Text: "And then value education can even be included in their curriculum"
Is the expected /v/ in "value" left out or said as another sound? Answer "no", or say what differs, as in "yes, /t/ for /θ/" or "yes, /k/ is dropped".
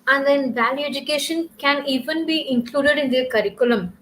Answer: no